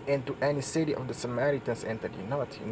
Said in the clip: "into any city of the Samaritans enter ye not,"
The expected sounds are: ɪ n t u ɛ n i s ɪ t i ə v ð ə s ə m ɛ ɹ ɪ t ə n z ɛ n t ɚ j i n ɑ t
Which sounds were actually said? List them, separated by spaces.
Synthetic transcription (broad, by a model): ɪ n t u ɛ n i s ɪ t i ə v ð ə s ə m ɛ ɹ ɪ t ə n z ɛ n t ɚ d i n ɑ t